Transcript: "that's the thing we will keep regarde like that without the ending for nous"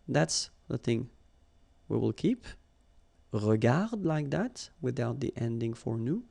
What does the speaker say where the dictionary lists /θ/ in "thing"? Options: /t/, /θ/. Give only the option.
/θ/